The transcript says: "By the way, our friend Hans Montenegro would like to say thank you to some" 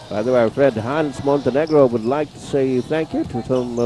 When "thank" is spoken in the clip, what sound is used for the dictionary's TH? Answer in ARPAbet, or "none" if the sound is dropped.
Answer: TH